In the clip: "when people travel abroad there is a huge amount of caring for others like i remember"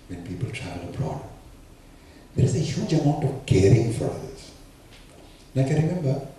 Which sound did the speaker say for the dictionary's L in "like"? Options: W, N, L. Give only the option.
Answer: N